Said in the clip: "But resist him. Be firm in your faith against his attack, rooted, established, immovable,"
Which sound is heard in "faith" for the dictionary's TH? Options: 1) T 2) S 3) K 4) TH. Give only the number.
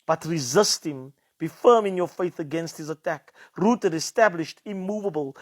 4